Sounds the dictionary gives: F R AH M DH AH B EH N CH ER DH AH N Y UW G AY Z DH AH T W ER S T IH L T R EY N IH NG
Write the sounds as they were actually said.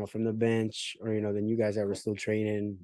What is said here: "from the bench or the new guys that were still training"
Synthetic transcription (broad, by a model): F R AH M DH AH B EH N CH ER DH AH N Y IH G AY Z DH AH T W ER S T IH L T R EY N IH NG